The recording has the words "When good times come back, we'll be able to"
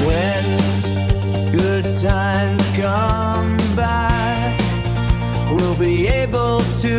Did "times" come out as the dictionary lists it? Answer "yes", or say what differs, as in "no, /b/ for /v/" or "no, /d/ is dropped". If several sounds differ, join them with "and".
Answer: no, /z/ is dropped